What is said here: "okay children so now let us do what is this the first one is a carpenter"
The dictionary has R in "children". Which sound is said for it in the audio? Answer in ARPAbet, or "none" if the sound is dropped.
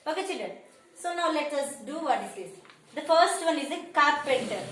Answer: none